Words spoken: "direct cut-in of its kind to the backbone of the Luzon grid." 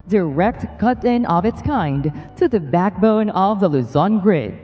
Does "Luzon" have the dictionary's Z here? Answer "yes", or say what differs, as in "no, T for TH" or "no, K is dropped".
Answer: yes